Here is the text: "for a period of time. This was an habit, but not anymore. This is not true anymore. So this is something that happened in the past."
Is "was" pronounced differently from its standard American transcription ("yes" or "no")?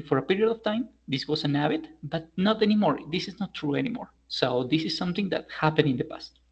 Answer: yes